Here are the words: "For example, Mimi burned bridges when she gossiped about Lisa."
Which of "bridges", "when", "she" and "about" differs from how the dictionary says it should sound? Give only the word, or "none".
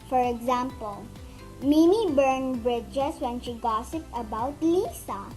bridges